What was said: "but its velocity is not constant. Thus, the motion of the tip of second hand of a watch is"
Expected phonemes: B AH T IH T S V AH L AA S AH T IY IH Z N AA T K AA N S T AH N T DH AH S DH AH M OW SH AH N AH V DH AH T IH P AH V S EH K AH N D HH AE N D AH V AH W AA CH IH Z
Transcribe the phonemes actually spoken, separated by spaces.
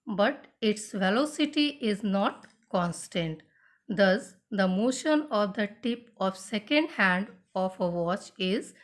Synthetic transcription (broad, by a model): B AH T IH T S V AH L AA S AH T IY IH Z N AA T K AA N S T AH N T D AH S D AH M OW SH AH N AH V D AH T IH P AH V S EH K AH N D HH AE N D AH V AH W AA CH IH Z